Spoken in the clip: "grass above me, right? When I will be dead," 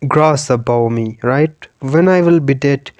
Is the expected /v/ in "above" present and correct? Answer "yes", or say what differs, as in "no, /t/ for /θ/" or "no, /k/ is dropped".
no, /w/ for /v/